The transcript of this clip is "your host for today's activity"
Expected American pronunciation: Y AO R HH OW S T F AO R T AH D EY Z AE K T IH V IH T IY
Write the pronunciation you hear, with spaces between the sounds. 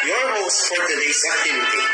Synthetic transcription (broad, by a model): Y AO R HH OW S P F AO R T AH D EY S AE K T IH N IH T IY